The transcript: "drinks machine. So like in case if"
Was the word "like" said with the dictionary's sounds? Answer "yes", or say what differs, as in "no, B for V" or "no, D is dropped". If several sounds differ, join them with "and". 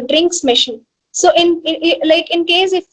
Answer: yes